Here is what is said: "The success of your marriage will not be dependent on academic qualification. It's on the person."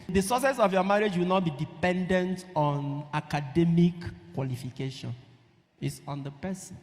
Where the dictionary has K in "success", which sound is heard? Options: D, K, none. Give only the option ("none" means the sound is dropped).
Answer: none